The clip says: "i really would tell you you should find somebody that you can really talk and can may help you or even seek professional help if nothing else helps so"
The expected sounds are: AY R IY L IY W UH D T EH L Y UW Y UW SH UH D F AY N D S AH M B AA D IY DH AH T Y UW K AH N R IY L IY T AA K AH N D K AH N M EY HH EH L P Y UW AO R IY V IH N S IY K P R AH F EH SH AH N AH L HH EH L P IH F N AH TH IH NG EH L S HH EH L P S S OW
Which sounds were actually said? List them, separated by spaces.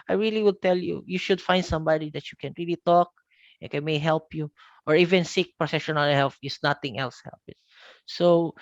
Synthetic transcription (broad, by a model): AY R IY L IY W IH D T EH L Y UW Y UW SH UH D F AY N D S AH M B AA D IY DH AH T Y UW K AH N R IY L IY T AA K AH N K AH N M EY HH EH L P Y UW AO R IY V IH N S IY K P R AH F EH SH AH N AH L HH EH L F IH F N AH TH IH NG EH L S HH EH L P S S OW